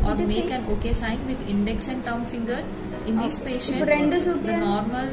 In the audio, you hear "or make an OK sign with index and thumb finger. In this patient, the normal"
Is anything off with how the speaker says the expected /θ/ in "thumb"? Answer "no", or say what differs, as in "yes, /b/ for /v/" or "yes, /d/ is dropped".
yes, /t/ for /θ/